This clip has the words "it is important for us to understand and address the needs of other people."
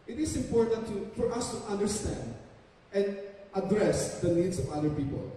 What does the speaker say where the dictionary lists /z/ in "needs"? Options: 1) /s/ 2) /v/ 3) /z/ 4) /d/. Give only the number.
1